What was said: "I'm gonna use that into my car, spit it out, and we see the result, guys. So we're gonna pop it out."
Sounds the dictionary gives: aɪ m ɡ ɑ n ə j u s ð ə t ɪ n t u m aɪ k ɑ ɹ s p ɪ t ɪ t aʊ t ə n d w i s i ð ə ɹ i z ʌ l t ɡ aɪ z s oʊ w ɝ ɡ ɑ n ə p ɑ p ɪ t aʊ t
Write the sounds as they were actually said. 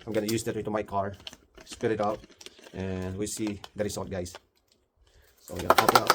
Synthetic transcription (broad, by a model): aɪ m ɡ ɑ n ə j u s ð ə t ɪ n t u m aɪ k ɑ ɹ s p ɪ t ɪ t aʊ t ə n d w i s i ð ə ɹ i s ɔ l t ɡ aɪ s s oʊ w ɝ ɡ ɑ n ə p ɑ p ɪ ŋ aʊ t